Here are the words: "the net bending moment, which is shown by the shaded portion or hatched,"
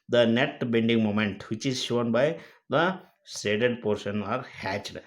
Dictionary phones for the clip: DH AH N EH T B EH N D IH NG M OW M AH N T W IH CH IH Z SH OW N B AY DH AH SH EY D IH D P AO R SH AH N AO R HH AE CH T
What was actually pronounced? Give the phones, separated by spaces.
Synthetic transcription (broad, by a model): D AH N EH T B EH N D IH NG M OW M AH N T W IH CH IH Z SH OW N B AY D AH S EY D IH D P AO R SH AH N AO R HH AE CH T